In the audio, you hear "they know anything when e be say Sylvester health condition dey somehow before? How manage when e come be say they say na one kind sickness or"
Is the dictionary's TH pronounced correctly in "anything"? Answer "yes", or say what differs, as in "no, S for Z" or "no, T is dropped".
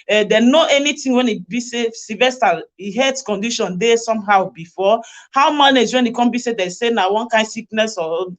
no, T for TH